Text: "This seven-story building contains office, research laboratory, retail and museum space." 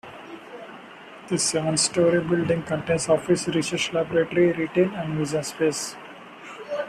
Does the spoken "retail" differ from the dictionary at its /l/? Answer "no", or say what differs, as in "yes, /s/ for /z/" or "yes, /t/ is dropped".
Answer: yes, /n/ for /l/